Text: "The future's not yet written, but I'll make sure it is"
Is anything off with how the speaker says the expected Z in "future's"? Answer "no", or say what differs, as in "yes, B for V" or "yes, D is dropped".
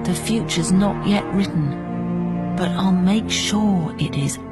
no